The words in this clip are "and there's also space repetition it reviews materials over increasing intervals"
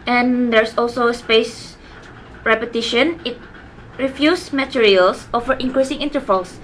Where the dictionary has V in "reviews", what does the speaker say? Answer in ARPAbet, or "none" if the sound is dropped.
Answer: F